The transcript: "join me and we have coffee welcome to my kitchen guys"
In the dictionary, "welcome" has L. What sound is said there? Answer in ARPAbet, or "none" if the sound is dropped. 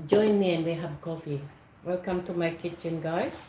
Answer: L